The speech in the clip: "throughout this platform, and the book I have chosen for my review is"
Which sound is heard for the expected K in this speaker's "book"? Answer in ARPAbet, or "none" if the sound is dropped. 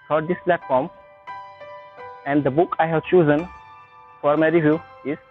K